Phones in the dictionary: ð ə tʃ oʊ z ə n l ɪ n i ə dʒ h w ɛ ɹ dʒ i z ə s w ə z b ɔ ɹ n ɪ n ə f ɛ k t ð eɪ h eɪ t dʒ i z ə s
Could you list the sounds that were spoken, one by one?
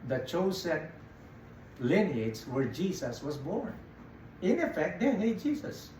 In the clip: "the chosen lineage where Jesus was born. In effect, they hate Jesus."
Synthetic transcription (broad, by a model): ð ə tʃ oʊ s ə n l ɪ n i ə dʒ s w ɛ ɹ dʒ i s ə s w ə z b ɔ ɹ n ɪ n ə f ɛ k t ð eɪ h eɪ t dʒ i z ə s